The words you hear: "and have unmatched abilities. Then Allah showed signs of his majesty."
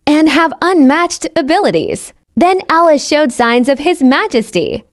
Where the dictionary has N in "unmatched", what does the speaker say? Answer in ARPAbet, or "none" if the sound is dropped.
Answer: N